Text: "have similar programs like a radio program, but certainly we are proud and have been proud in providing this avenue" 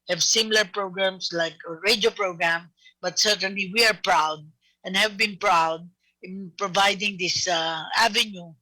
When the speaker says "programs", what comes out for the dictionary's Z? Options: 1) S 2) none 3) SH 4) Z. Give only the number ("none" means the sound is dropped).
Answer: 1